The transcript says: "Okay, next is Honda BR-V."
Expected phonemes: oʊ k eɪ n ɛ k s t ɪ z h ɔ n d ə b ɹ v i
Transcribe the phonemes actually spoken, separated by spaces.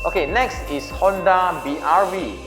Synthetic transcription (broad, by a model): oʊ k eɪ n ɛ k s t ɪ s h ɔ n d ə b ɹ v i